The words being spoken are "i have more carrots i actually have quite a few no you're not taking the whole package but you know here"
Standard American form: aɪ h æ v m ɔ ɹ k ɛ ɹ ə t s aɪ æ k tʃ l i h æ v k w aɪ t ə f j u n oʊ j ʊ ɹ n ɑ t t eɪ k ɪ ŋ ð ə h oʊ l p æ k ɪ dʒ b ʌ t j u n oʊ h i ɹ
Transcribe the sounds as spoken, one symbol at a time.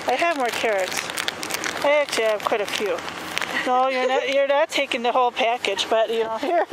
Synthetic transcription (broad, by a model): aɪ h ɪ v m ɔ ɹ k ɛ ɹ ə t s aɪ æ k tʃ i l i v k w aɪ t ə f j u n oʊ j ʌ ɹ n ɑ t t eɪ k ɪ ŋ ð ə h oʊ l p æ k ɪ dʒ b ʌ t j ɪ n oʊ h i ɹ